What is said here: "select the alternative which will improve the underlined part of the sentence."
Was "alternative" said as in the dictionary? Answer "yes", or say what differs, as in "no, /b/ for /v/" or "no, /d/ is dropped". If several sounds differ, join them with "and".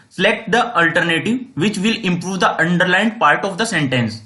yes